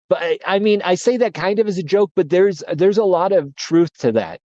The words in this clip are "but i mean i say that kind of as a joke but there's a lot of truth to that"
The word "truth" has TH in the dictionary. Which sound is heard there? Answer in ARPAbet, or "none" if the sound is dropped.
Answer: TH